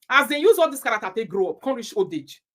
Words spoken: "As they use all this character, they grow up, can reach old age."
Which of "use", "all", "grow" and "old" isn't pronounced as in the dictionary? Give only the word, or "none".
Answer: old